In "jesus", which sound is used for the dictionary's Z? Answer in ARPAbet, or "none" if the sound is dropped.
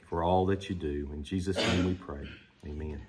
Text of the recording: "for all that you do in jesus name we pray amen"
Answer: Z